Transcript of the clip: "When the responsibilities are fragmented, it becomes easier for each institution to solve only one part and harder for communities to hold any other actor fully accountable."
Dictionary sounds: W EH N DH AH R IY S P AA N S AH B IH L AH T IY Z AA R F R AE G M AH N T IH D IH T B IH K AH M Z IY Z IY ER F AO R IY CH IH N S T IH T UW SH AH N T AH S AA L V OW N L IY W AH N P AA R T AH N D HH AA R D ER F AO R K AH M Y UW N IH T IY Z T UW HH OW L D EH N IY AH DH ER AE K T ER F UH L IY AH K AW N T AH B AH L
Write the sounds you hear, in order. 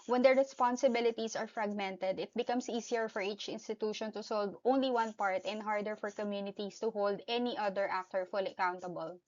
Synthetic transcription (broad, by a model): W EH N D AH R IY S P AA N S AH B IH L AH T IY S AA R F R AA G M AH N T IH D IH T B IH K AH M S IY S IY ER F AO R IY CH IH N S T IH T UW SH AH N T AH S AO L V OW N L IY W AH N P AA R T AH N D HH AA R D ER F AO R K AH M Y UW N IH T IY S T UW HH OW L D EH N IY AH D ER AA K T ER F UH L IY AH K AW N T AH B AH L